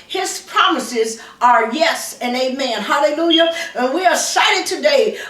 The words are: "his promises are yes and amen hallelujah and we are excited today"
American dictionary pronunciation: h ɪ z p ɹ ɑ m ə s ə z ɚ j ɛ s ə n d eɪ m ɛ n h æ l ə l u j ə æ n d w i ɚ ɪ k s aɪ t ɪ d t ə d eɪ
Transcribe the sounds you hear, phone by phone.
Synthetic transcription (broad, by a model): h ɪ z p ɹ ɑ m ə s ə z ɚ j ɛ s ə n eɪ m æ n h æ l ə l u j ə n w i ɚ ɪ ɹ s aɪ t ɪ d t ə d eɪ